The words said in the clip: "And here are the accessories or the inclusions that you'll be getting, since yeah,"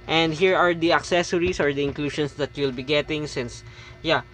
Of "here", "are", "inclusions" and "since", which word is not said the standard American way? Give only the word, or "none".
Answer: inclusions